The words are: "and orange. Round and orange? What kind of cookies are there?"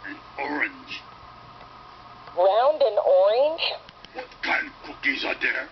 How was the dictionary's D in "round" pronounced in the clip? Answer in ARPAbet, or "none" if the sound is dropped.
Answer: D